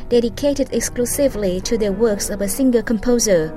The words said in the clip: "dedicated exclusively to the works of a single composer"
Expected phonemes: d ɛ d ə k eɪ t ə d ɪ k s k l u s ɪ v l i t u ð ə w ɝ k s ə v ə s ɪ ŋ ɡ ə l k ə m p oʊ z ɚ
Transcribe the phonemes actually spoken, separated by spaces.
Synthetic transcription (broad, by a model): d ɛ d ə k eɪ t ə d ɪ k s k l u s ɪ v l i t u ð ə w ɝ k s ə v ə s ɪ ŋ ɡ ə l k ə m p oʊ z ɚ